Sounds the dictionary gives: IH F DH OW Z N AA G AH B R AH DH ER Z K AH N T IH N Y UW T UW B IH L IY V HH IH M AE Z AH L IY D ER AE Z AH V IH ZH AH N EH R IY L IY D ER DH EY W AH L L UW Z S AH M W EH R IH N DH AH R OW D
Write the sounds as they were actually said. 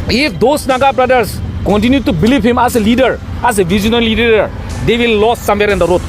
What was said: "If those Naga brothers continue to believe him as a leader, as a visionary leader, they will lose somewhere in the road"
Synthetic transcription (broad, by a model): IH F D OW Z N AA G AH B R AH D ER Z K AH N T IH N Y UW T UW B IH L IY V HH IH M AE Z AH L IY D ER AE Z AH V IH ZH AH N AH L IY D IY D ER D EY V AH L L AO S S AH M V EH R IH N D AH R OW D